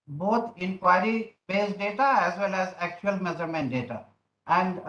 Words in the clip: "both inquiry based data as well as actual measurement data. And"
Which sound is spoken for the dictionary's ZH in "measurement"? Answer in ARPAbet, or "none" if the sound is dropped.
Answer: Z